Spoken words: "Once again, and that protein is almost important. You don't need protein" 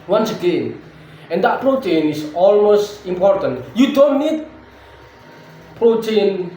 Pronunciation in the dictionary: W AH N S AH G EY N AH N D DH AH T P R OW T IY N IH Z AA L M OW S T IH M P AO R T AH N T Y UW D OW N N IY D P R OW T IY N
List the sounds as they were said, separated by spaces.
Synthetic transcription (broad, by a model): W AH N S AH G EY N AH N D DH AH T P R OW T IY N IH S AA L M OW S T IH M P AO R T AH N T Y UW D OW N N IY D P R OW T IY N